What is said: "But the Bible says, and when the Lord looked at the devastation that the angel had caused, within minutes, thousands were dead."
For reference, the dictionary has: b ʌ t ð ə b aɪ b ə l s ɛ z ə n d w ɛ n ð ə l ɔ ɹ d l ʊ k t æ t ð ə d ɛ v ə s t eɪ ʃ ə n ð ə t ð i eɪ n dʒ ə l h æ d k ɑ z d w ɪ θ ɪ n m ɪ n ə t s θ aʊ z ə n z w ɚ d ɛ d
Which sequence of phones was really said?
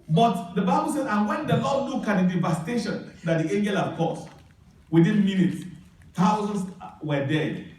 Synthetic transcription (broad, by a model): b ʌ t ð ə b aɪ b ə l s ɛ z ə n w ɛ n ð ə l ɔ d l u k ɑ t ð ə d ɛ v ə s t eɪ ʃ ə n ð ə t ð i eɪ n dʒ ə l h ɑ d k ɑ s w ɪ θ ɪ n m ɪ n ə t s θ aʊ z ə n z w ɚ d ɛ